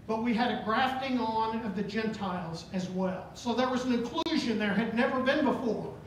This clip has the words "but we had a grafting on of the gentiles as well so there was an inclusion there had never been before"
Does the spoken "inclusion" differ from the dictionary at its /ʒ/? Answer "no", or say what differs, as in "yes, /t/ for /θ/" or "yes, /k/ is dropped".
no